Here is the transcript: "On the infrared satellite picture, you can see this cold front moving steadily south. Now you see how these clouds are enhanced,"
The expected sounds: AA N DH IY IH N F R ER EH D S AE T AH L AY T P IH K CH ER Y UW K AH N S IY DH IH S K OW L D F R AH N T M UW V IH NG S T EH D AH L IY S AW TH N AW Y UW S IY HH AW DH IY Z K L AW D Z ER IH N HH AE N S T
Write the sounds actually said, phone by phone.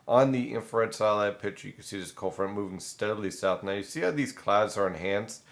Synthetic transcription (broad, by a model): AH N DH IY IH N F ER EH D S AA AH L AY P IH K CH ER Y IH K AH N S IY DH IH S K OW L F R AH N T M UW V IH NG S T EH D L IY S AW TH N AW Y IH S IY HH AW DH IY Z K L AW D Z ER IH N HH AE N S T